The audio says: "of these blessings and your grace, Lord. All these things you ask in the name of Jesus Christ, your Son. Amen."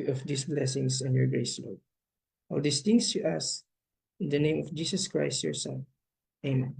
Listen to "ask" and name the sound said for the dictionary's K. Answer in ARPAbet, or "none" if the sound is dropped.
none